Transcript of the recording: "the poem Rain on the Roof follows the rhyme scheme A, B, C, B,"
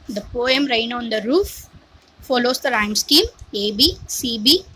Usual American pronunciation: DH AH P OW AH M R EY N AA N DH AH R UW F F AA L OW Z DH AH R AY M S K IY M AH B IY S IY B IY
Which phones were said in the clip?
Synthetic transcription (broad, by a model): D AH P OW AH M R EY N AA N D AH R UW F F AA L OW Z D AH R AY M S K IY M AH B IY S IY B IY